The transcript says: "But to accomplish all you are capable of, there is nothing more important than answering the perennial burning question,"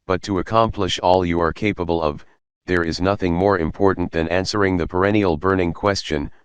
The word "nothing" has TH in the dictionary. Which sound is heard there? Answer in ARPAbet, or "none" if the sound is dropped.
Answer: TH